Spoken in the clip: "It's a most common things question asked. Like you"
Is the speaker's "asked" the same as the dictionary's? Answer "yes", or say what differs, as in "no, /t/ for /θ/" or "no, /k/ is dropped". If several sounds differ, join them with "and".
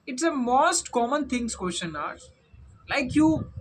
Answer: no, /s/ is dropped